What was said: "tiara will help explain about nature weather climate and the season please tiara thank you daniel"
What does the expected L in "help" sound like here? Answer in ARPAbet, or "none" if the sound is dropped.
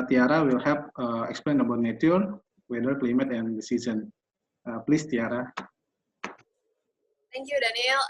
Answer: none